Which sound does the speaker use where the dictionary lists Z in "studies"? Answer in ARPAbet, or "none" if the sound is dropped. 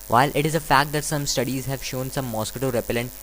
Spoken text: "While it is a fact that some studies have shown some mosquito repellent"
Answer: Z